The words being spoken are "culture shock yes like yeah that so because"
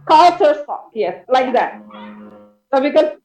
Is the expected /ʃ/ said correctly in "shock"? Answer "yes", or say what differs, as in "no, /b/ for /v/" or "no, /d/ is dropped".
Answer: no, /s/ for /ʃ/